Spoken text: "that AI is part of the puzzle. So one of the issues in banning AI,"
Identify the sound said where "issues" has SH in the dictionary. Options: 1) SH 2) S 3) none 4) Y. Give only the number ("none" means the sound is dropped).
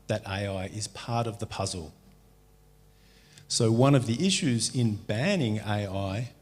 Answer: 1